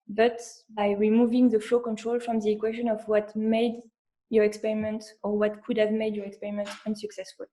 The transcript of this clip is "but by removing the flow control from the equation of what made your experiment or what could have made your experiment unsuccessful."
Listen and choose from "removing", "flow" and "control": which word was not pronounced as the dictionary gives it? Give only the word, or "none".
none